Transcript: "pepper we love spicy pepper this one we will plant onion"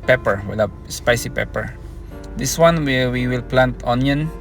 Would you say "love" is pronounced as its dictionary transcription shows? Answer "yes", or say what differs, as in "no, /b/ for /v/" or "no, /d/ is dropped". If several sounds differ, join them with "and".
no, /p/ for /v/